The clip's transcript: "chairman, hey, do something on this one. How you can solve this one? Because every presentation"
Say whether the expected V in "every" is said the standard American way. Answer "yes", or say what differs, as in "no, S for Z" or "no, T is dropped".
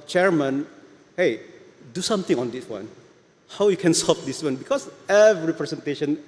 yes